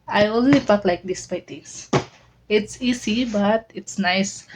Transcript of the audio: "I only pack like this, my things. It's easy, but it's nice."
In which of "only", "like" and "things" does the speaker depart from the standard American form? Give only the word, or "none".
things